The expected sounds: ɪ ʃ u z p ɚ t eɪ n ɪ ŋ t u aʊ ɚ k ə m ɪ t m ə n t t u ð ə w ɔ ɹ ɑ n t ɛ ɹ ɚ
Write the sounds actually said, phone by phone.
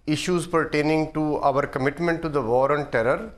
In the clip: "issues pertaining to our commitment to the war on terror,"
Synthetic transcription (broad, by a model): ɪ ʃ u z p ɚ t eɪ n ɪ ŋ t u aʊ ɚ k ə m ɪ t m ə n t t u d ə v ɔ ɹ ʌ n t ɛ ɹ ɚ